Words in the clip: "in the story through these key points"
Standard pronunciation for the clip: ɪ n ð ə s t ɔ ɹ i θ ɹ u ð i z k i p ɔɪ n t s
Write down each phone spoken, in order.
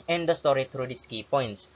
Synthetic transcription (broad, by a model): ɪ n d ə s t ɔ ɹ i t ɹ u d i s k i p ɔɪ n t s